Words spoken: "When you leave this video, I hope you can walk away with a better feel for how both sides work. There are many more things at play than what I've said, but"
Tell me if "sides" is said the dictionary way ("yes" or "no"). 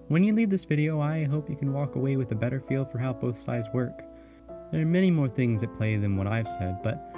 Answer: yes